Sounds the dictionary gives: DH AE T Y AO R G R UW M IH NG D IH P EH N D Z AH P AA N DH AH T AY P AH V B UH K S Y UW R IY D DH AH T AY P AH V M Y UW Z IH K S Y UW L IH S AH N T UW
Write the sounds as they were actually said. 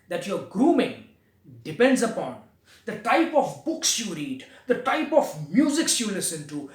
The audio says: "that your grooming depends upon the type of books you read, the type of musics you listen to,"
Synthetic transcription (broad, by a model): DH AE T Y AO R G R UW M IH NG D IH P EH N D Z AH P AA N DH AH T AY P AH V B UH K S Y UW R IY D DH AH T AY P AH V M Y UW Z IH K S Y UW L IH S AH N T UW